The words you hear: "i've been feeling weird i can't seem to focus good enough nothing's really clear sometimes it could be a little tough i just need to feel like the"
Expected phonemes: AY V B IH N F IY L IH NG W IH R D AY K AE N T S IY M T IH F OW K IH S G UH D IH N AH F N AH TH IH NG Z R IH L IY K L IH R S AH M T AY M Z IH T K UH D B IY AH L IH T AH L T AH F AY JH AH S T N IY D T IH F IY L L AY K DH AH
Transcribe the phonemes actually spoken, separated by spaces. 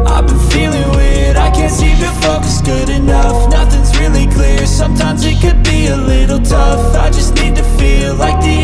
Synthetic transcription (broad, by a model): AY B IH N F IY L IH NG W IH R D AY K AE N T S IY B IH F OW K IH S G UH D IH N AH F N AH TH IH NG Z R IH L IY K L IH R S AH M T AY M Z IH T K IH D B IY AH L IH T L T AH F AY JH AH S T N IY D T IH F IY L L AY K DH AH